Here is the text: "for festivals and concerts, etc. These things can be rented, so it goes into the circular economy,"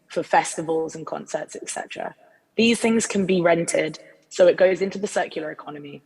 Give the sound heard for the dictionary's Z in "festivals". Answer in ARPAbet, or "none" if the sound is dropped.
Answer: Z